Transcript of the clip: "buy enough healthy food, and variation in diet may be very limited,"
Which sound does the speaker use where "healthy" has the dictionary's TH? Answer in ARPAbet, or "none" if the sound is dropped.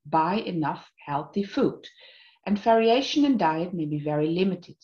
TH